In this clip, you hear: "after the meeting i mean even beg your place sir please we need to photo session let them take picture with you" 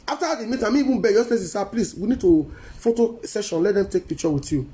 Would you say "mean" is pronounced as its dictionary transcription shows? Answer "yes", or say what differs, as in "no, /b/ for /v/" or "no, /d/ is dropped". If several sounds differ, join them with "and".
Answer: no, /n/ is dropped